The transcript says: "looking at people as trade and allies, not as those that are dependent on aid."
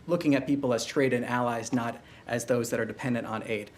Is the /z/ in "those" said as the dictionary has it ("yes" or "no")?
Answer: yes